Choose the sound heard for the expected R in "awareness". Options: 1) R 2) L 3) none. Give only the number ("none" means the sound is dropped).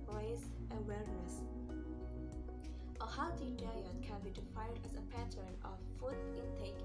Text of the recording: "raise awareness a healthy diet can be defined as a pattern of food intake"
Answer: 2